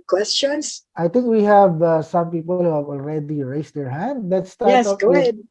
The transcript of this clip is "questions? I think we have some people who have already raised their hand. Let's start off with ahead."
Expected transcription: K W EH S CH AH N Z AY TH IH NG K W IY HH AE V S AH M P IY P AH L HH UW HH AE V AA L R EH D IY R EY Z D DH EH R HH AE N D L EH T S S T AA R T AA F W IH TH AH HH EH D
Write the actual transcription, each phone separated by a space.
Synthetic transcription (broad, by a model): K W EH S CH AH N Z AY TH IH NG K W IY HH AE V S AH M P IY P AH L HH UW HH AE V AA L R EH D IY R EY S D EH R HH AE N D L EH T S S T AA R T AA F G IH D